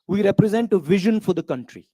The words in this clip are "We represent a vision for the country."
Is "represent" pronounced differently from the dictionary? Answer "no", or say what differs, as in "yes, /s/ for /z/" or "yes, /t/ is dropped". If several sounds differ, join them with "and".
no